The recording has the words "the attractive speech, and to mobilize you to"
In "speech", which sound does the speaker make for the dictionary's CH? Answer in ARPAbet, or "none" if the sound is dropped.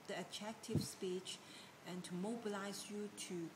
CH